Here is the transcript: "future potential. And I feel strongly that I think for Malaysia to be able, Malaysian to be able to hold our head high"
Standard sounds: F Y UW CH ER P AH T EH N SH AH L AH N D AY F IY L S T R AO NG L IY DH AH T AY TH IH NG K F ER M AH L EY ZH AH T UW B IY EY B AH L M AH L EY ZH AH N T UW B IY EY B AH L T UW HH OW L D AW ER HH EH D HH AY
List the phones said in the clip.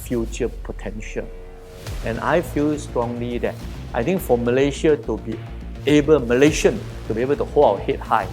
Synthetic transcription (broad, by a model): F Y UW CH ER P AH T EH N SH AH L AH N AY F IY L S T R AO NG L IY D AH T AY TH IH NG K F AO M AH L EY SH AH T UW B IY EY B AH L M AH L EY SH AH N T UW B IY EY B AH L T UW HH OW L AW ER HH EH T HH AY